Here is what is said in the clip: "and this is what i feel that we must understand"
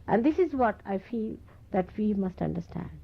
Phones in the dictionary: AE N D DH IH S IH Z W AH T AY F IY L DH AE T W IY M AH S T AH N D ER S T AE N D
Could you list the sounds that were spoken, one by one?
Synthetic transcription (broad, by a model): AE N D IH S IH Z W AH T AY F IY L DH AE T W IY M AH S T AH N D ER S T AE N D